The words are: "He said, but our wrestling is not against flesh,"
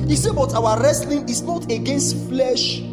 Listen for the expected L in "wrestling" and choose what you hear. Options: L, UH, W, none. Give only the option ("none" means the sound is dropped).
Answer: L